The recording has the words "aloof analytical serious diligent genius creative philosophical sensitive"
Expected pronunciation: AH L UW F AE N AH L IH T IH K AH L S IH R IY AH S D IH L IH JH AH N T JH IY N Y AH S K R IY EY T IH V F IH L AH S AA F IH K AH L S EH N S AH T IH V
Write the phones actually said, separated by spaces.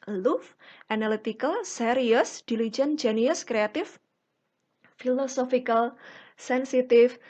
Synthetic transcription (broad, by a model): L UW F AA N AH L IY T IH K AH L S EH R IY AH S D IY L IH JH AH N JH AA N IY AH S K R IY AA T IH F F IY L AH S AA F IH K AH L S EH N S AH T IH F